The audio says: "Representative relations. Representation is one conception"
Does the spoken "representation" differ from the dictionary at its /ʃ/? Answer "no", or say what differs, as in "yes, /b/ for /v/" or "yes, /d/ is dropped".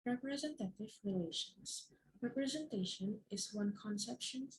no